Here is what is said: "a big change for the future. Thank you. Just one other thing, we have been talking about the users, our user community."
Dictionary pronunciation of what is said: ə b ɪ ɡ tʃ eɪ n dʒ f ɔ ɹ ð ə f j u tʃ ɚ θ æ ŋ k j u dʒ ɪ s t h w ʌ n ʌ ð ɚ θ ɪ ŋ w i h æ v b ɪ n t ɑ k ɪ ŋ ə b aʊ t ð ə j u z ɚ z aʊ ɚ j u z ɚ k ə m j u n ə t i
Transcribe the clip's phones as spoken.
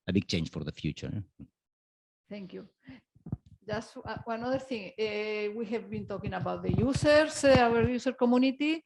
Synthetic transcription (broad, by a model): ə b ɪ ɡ tʃ eɪ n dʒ f ɔ ɹ ð ə f j u tʃ ɚ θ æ ŋ k j u dʒ ɪ s t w w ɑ n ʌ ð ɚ θ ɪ ŋ w i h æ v b ɪ n t ɑ k ɪ ŋ ə b aʊ t ð ə j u s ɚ s aʊ ɚ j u s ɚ k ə m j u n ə t i